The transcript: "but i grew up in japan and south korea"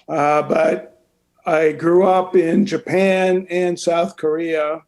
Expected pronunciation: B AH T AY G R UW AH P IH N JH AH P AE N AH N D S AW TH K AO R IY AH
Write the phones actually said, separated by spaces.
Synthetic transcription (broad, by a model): B AH T AY G R UW AH P IH N JH AH P AE N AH N S AW TH K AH R IY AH